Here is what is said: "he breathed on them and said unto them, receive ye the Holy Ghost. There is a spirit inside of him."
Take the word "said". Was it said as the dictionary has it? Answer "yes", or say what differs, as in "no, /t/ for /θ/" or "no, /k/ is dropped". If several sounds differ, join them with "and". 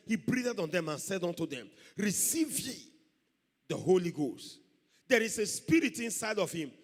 yes